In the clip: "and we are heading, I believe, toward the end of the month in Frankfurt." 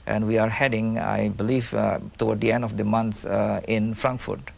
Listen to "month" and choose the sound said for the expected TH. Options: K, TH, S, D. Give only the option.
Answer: S